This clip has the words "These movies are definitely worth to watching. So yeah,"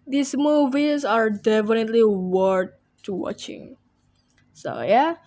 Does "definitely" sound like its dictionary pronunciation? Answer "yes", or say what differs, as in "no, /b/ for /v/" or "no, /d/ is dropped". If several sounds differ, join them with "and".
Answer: yes